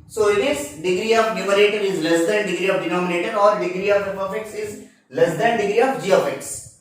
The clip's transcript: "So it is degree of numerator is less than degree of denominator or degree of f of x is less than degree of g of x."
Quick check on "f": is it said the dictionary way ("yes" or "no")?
no